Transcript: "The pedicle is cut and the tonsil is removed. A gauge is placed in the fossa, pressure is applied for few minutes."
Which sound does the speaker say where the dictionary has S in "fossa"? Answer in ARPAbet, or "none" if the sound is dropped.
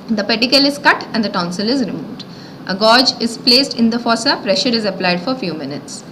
S